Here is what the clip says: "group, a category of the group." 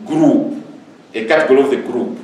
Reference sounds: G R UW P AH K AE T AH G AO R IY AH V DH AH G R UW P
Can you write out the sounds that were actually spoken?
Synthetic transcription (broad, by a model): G R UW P AH K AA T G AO L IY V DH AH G R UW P